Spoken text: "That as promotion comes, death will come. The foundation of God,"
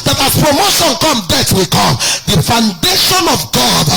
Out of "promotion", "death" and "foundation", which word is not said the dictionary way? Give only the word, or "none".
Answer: death